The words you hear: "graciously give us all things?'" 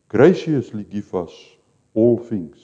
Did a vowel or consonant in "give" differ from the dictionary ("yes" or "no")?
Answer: yes